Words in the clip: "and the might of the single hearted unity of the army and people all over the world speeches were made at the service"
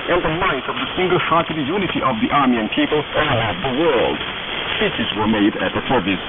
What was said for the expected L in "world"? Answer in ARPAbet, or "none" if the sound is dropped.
L